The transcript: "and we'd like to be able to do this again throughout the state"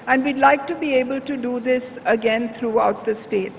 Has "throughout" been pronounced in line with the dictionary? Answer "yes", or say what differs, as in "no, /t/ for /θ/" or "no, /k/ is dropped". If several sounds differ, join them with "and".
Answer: no, /t/ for /θ/